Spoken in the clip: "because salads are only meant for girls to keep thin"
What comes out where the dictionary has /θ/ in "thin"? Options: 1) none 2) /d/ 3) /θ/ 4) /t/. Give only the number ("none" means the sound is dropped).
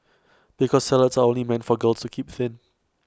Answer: 3